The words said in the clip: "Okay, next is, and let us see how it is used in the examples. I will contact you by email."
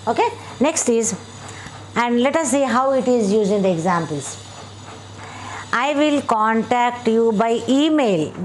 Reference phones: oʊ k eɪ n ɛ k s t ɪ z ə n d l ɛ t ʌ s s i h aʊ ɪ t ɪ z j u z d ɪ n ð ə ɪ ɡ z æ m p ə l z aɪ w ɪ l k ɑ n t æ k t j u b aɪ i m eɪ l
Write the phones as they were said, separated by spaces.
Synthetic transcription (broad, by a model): oʊ k eɪ n ɛ k s t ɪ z ə n d l ɛ t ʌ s s i h aʊ ɪ t ɪ z j u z ɪ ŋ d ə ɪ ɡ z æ m p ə l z aɪ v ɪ l k ɑ n t æ k t j u b aɪ i m eɪ l